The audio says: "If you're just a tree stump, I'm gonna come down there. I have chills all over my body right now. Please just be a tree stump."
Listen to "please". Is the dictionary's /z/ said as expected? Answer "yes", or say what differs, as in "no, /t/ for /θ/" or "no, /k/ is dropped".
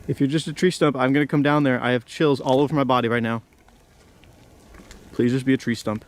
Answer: yes